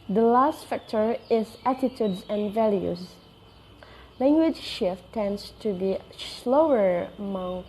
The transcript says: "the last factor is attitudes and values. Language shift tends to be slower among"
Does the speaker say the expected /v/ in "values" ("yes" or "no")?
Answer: yes